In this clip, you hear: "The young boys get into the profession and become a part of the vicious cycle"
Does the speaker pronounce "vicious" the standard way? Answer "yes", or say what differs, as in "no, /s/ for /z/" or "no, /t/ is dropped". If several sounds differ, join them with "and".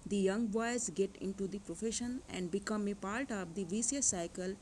no, /s/ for /ʃ/